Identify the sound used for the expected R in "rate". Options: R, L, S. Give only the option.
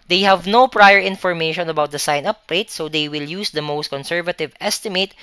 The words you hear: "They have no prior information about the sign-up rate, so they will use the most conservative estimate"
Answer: L